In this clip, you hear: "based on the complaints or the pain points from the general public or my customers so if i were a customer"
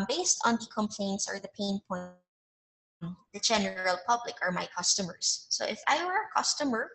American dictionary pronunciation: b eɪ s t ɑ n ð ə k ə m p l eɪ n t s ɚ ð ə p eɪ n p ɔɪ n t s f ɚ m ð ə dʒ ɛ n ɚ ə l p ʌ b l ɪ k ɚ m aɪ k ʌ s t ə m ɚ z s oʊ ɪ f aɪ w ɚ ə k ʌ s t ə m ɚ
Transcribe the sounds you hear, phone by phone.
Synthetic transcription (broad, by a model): b eɪ s t ɑ n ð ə k ə m p l eɪ n t s ɚ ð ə p eɪ n p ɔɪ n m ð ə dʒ ɛ n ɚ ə l p ʌ b l ɪ k ɚ m aɪ k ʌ s t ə m ɚ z s oʊ ɪ f aɪ w ɚ ə k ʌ s t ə m ɚ